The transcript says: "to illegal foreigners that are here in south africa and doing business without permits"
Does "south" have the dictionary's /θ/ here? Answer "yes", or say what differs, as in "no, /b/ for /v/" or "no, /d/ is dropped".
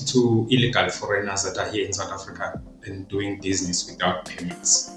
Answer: no, /t/ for /θ/